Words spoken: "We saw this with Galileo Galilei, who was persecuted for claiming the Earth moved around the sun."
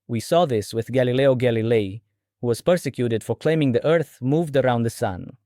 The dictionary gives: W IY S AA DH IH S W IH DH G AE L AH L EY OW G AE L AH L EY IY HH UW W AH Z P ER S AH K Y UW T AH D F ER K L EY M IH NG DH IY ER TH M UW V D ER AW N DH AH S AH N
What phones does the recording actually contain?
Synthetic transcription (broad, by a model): W IY S AA DH IH S W IH DH G AE L AH L EY OW G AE L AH L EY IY HH UW W AH Z P ER S AH K Y UW T AH D F ER K L EY M IH NG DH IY ER TH M UW V D ER AW N DH AH S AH N